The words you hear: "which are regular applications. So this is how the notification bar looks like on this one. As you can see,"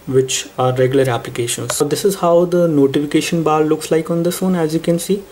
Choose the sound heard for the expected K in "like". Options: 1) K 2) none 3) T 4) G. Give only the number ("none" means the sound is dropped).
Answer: 1